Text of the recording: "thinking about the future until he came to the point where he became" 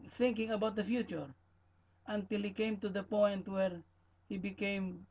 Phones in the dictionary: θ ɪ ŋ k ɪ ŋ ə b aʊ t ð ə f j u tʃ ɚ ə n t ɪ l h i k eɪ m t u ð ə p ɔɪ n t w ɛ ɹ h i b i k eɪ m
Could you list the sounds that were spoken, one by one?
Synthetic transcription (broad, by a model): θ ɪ ŋ k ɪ ŋ ə b aʊ t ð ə f j u tʃ ɚ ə n t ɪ l h i k eɪ m t u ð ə p ɔɪ n t w ɛ ɹ h i b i k eɪ m